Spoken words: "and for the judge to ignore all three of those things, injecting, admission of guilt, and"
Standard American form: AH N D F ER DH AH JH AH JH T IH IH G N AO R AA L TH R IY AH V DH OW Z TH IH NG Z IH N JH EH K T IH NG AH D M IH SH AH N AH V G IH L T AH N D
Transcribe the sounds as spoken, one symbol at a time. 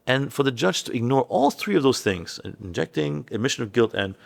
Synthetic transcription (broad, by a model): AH N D F ER DH AH JH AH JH T IH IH G N AO R AA L TH R IY AH V DH OW Z TH IH NG Z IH N JH EH K T IH NG AH D M IH SH AH N AH V G IH L T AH N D